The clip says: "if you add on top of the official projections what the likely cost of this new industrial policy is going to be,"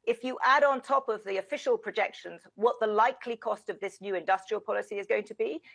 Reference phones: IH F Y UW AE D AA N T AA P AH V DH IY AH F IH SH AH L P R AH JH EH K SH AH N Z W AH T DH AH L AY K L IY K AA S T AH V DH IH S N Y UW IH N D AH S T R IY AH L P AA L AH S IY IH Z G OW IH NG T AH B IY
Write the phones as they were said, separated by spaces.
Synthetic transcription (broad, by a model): IH F Y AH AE D N T AA P AH V DH IY AH F IH SH AH L P R AH JH EH K SH AH N Z W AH T DH AH L AY K L IY K AA S T AH V DH IH S N Y UW IH N D AH S T R IY AH L P AA L AH S IY IH Z G OW IH NG T AH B IY